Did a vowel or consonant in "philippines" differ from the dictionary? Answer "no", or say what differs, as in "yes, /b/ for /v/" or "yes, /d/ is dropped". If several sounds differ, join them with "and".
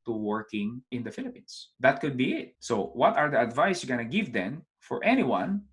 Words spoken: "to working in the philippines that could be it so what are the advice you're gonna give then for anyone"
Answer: yes, /s/ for /z/